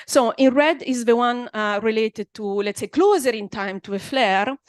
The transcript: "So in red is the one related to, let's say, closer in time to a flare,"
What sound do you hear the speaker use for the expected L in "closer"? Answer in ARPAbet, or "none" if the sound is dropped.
L